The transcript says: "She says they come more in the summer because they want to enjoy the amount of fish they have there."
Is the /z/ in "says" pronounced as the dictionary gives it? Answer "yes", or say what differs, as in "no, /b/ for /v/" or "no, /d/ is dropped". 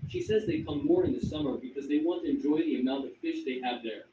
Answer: yes